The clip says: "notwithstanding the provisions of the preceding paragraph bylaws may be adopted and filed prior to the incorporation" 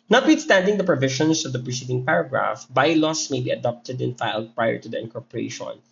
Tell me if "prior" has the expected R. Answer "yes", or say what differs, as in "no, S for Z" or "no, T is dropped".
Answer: yes